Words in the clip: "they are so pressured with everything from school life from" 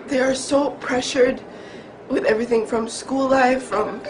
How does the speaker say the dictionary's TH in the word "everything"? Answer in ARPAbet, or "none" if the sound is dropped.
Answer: TH